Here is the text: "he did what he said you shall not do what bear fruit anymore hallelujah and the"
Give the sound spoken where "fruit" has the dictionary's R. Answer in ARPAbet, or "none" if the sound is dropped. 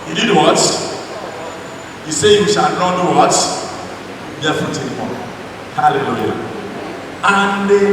none